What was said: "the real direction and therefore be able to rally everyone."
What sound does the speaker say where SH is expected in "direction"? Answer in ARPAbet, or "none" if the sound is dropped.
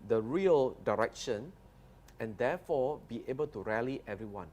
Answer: SH